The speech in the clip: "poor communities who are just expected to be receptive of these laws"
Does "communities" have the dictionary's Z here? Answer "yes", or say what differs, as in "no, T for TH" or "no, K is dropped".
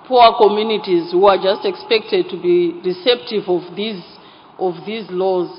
yes